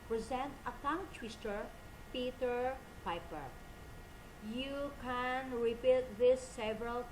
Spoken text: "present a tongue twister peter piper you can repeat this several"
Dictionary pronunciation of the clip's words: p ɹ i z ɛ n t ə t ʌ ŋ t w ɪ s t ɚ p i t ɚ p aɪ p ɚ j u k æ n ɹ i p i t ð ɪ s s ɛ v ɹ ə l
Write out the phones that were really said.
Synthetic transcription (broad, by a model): p ɹ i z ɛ n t ə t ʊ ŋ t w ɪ s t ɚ p i t ɚ p aɪ p ɚ j u k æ n ɹ i p i t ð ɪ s s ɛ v ɹ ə l